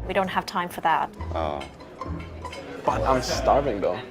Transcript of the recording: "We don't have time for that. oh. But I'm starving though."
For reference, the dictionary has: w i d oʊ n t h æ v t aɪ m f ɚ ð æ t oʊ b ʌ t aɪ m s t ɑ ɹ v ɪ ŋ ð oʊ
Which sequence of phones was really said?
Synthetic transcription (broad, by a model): w i d oʊ n t h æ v t aɪ m f ɚ ð æ t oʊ b ʌ t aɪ m s t ɑ ɹ v ɪ ŋ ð oʊ